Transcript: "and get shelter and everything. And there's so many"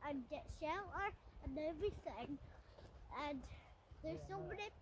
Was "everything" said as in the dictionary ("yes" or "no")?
yes